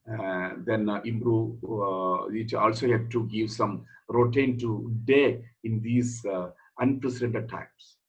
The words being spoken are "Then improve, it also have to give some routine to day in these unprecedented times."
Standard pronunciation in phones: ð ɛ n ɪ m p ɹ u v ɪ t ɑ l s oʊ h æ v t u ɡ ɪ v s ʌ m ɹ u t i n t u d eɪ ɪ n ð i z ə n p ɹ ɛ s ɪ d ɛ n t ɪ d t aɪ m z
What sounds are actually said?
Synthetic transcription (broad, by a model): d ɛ n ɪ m b ɹ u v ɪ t ɑ l s oʊ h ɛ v t u ɡ ɪ v s ʌ m ɹ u t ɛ n t u d eɪ ɪ n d i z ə n p ɹ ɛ s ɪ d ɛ n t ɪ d t aɪ m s